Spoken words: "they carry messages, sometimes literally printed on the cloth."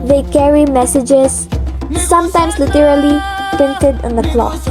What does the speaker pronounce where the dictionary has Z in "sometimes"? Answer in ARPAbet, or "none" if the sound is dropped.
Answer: S